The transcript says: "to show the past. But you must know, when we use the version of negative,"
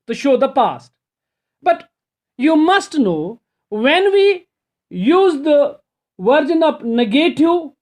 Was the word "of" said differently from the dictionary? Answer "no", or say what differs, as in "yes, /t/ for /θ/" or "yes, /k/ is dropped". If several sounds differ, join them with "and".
yes, /p/ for /v/